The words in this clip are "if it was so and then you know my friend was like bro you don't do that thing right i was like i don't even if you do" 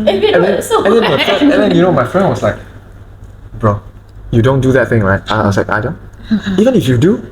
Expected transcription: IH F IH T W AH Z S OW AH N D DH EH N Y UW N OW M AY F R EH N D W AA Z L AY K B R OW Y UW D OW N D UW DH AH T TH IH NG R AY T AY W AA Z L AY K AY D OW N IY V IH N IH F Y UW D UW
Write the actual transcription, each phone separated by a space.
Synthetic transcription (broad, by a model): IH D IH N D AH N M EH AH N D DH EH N Y UW N OW M AY F R EH N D W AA S L AY K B R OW Y UW D OW N D UW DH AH T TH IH NG L AY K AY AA S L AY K AY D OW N IY V IH N IH F Y UW D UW